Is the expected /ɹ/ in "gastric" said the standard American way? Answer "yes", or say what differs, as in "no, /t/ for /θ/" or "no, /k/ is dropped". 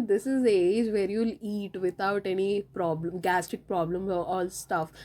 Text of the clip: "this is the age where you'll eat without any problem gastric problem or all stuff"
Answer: no, /ɹ/ is dropped